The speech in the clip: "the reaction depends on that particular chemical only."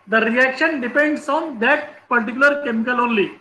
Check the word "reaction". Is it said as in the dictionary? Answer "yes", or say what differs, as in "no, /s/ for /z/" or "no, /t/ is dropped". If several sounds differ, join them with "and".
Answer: yes